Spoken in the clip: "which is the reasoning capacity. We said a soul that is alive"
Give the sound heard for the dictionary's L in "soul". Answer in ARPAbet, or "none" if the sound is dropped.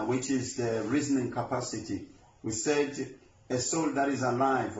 L